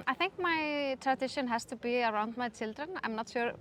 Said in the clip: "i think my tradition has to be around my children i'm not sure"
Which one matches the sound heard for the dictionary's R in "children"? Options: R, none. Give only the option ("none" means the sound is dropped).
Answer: R